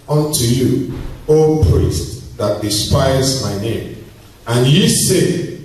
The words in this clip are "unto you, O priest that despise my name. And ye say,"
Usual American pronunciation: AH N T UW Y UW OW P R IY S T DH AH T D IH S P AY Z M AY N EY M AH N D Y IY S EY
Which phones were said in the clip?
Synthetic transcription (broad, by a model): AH N T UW Y UW OW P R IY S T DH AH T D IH S P AY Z M AY N EY M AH N Y IY S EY